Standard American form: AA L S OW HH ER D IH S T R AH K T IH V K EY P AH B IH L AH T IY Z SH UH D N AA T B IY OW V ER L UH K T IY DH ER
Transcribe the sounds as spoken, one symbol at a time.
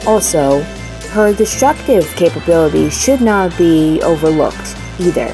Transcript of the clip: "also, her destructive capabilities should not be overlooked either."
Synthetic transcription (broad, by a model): AA L S OW HH ER D IH S T R AH K T IH V K EY P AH B IH L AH T IY SH UH D N AA T B IY OW V ER L UH K T IY DH ER